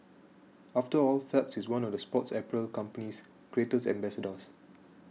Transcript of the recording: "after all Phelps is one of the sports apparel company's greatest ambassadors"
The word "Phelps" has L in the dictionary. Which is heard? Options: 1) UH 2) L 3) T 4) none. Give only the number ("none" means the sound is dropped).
4